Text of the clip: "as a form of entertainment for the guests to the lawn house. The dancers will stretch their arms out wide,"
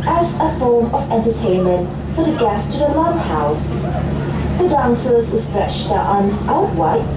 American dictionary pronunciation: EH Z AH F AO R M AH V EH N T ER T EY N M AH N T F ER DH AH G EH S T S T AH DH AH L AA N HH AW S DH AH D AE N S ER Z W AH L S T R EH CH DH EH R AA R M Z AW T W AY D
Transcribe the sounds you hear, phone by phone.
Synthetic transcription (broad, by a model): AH Z AH F AO R M AH V EH N T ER T EY N M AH N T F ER DH AH G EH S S T AH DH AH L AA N HH AW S DH AH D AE N S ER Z W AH S T R EH CH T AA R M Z AW T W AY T